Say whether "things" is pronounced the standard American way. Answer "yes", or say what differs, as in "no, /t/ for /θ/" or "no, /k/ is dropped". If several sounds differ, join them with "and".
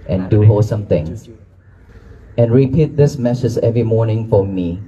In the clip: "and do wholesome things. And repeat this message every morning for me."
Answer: no, /z/ is dropped